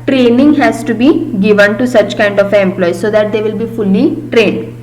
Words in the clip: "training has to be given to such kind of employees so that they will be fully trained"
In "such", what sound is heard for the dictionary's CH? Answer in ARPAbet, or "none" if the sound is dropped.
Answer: CH